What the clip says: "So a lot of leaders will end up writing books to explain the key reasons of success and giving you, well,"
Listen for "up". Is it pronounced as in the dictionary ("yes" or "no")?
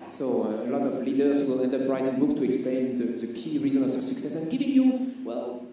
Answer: no